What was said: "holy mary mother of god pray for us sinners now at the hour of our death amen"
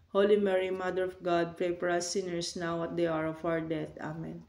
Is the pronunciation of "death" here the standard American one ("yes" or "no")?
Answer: no